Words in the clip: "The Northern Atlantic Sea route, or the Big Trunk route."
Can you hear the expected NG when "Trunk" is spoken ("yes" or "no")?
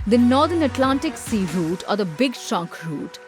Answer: no